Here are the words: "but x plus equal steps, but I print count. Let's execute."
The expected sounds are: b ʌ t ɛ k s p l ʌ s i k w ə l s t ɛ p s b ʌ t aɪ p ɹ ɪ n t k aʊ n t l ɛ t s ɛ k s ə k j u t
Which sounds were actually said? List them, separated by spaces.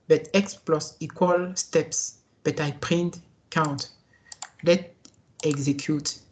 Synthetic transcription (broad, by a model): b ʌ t ɛ k s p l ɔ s i k w ə l s t ɛ p s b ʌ t aɪ p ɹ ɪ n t k aʊ n t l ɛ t ɛ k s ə k j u t